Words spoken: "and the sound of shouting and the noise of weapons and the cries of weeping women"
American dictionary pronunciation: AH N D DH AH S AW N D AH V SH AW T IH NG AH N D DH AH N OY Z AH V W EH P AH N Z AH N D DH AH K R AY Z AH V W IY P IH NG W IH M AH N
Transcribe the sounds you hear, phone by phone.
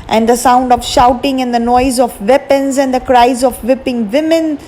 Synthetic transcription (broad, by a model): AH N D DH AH S AW N D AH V SH AW T IH NG AH N D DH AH N OY Z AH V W EH P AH N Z AH N D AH K R AY Z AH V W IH P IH NG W IH M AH N